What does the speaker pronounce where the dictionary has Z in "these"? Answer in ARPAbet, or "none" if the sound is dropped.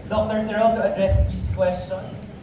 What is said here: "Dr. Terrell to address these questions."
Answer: S